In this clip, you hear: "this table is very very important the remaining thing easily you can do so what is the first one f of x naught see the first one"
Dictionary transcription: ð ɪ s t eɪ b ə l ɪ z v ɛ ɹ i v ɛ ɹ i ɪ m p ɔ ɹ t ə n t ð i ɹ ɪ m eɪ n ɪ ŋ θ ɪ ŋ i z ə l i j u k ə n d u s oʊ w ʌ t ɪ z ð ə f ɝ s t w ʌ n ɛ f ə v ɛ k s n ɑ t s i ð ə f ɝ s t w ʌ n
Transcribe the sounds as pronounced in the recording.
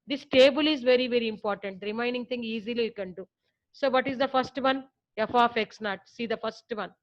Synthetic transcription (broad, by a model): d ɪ s t eɪ b ə l ɪ z v ɛ ɹ i v ɛ ɹ i ɪ m p ɔ ɹ t ə n t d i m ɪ ɪ n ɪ ŋ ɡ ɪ ŋ i z ə l i j u k ə n d u s oʊ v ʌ t ɪ z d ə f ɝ s t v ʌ n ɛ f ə f ɛ k s n ɑ t s i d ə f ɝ s t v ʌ n